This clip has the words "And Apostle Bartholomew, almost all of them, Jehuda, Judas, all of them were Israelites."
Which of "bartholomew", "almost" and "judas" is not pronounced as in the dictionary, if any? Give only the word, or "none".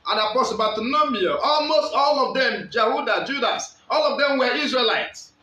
bartholomew